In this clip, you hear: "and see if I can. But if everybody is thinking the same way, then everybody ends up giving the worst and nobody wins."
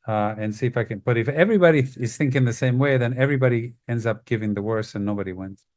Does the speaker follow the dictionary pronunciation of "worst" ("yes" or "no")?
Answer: no